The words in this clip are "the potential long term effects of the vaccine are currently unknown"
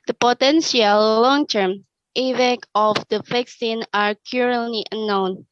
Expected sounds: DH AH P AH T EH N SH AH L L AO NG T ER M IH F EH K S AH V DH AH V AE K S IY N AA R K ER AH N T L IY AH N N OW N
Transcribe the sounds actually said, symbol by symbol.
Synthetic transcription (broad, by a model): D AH P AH T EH N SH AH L L AO NG T ER M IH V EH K AH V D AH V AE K S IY N AA R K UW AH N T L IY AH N N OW N